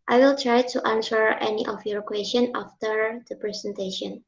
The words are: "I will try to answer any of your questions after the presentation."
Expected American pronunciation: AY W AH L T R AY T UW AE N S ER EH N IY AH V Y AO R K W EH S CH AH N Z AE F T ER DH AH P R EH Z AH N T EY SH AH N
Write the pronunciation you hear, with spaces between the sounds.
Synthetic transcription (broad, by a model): AY W AH L T R AY T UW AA N S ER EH N IY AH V Y AO R K W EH S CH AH N AA F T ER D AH P R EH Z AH N T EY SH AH N